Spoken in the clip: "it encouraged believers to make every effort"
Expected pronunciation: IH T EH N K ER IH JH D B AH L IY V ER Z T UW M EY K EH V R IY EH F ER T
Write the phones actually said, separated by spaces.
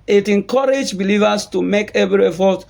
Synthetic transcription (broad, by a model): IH T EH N K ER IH JH B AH L IY V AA S T UW M EY K EH V R IY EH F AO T